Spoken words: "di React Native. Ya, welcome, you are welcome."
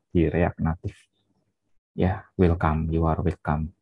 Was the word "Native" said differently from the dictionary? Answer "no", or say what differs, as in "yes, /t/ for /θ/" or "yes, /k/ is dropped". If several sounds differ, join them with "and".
yes, /f/ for /v/